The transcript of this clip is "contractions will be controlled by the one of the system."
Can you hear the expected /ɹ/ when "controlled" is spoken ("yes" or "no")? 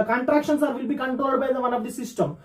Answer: yes